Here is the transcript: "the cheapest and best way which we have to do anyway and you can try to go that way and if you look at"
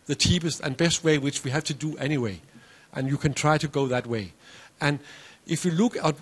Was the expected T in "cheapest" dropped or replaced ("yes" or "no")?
no